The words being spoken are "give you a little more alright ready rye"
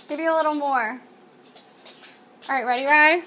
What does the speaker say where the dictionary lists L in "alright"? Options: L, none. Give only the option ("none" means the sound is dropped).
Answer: none